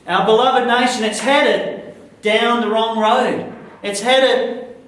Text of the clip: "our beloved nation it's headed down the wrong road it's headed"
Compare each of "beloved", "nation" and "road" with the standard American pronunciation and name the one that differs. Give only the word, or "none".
none